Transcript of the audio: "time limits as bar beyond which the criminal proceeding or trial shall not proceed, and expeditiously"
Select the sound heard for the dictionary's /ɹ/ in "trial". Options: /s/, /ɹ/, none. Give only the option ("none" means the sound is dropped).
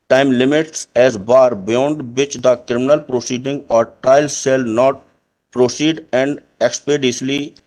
none